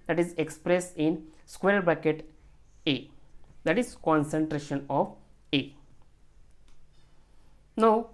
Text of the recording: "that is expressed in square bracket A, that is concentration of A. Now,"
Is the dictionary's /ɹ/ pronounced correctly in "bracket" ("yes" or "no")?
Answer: no